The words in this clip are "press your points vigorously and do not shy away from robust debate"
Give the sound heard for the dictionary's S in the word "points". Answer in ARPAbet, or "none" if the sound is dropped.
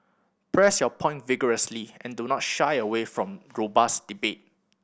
none